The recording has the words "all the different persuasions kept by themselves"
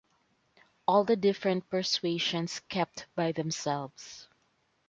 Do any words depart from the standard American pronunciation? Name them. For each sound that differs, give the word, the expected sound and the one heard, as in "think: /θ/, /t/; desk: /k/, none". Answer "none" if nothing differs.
persuasions: /z/, /s/; themselves: /z/, /s/